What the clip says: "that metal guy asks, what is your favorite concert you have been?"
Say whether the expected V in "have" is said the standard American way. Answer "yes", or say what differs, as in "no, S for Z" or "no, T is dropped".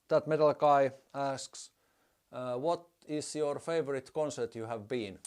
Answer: yes